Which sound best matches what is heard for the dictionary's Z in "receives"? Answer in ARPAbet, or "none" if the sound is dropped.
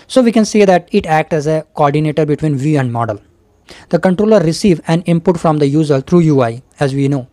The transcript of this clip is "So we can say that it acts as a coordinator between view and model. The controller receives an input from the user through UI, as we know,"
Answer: none